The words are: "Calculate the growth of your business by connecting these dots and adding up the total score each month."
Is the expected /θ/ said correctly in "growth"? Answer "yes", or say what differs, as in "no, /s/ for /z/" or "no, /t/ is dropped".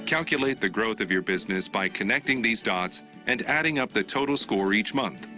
yes